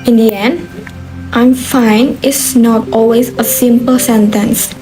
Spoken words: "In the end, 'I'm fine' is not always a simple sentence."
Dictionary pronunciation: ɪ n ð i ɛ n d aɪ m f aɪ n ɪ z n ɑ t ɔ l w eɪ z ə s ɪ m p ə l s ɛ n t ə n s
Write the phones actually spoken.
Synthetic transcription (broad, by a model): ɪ n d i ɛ n d aɪ m f aɪ n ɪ s n ɑ t ɔ l w eɪ z ə s ɪ m p ə l s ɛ n t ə n s